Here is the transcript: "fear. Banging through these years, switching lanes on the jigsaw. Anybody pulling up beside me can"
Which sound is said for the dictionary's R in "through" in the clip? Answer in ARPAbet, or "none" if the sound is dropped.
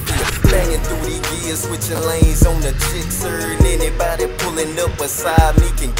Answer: none